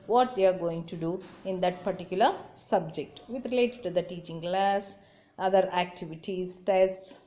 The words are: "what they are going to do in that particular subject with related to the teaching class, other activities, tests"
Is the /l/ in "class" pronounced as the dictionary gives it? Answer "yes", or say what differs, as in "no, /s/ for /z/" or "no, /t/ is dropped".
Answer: yes